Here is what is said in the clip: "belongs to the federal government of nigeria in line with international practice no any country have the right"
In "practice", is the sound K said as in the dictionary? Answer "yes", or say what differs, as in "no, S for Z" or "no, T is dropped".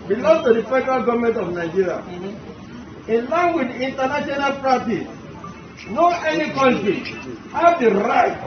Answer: no, K is dropped